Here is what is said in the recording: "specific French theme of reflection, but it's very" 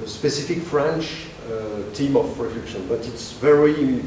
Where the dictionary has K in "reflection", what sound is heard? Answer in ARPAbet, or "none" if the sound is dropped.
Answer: none